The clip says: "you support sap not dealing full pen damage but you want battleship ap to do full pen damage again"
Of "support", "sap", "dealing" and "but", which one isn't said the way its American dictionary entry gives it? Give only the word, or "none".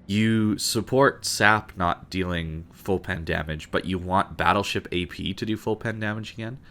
none